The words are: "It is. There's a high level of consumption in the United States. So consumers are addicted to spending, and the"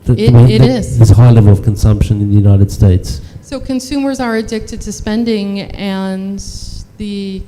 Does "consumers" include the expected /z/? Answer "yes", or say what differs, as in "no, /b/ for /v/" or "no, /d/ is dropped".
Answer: yes